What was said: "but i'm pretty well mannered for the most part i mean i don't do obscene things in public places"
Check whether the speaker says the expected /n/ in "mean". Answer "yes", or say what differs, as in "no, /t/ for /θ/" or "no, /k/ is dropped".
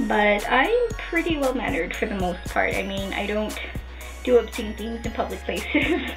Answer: yes